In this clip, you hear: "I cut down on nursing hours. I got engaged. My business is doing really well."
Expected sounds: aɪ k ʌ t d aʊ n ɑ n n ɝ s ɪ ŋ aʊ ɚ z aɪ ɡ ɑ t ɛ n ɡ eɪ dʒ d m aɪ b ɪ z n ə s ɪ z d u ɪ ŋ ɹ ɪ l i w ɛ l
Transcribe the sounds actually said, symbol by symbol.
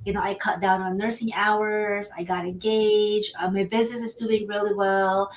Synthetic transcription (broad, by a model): aɪ k ʌ t d aʊ n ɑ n n ɝ s ɪ ŋ aʊ ɚ z aɪ ɡ ɑ t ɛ n ɡ eɪ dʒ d m aɪ b ɪ z n ə s ɪ z d u ɪ ŋ ɹ ɪ l i w ɛ l